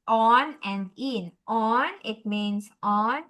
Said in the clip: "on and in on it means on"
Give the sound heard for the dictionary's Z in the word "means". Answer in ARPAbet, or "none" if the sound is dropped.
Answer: S